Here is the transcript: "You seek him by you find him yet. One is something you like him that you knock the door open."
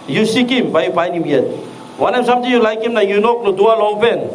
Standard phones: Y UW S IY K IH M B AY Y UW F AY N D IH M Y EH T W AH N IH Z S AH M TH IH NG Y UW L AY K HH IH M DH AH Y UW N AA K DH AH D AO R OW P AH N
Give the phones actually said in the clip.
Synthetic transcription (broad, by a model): Y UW S IY K IH M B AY Y UW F AY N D IH M Y EH T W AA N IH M S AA M T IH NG Y UW L AY K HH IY M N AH Y UW N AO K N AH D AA L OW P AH N